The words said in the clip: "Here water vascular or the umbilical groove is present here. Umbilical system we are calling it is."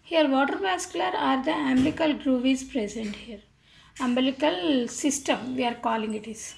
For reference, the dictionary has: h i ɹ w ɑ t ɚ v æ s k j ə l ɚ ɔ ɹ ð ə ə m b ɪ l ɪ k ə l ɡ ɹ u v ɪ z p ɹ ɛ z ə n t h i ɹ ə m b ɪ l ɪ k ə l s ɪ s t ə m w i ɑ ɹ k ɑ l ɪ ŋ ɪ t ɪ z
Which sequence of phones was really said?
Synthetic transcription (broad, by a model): h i ɹ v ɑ t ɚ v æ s k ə l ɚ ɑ ɹ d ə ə m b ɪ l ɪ k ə l ɡ ɹ u v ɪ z p ɹ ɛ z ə n t h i ɹ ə m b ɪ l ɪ k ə l s ɪ s t ə m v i ɑ ɹ k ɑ l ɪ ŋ ɪ t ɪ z